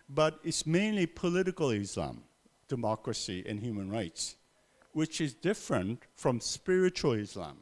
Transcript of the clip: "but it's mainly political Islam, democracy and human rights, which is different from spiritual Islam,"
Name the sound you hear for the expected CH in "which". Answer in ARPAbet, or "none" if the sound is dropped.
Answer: CH